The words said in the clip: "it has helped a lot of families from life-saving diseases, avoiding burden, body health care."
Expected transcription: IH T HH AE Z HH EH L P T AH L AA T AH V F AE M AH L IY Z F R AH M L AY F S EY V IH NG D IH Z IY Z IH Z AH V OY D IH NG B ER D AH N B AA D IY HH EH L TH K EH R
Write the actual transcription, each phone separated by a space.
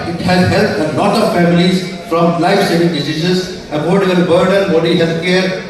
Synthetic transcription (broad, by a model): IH T HH AE Z HH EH L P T AH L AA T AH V F AE M AH L IY Z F R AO M L AY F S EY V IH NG D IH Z IY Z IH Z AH P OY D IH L B ER D AH N B AA D IY HH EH L T K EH R